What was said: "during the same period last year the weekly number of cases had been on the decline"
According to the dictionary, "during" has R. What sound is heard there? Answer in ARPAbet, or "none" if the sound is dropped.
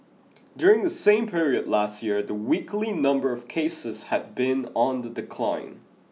R